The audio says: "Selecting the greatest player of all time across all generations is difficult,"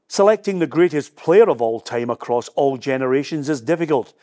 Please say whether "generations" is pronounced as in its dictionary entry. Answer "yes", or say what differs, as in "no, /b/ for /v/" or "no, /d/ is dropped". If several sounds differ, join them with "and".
yes